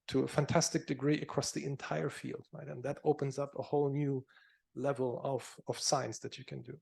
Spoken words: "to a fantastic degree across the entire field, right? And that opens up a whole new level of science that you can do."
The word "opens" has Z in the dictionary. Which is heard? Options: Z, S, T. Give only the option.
Z